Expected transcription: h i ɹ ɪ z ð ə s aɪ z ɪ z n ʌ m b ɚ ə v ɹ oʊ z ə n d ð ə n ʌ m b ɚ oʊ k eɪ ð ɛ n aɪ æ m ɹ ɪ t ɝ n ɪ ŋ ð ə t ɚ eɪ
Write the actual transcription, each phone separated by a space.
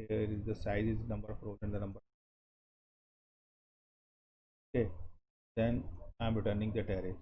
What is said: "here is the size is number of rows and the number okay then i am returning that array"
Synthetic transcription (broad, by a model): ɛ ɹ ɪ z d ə s aɪ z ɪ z n ʌ m b ɚ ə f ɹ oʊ ə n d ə n ʌ m b ɚ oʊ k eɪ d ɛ n aɪ m ɹ ɪ t ɝ n ɪ ŋ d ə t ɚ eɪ